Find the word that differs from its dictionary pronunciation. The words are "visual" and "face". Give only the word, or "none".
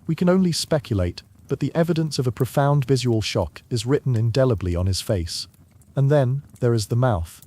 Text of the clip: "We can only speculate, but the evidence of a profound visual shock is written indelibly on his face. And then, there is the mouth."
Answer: none